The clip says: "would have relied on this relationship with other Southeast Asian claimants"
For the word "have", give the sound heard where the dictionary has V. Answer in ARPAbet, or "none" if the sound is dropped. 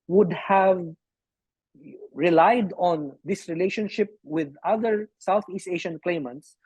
V